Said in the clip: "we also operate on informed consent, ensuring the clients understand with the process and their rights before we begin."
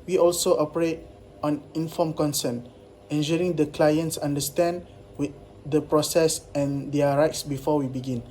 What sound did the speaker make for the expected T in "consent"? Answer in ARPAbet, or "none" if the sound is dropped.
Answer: none